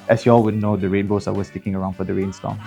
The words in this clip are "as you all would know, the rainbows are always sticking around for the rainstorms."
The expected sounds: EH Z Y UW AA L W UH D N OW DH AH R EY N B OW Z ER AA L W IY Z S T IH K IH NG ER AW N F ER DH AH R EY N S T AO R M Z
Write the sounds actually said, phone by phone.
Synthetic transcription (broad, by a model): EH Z Y UW AA L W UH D N OW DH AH R EY N B OW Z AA W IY S T IH K IH NG ER AW N F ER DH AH R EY N S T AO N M